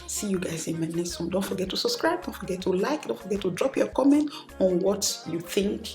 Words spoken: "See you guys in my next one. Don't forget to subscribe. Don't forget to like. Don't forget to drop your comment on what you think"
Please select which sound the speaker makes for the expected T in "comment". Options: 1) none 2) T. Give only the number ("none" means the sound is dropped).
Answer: 2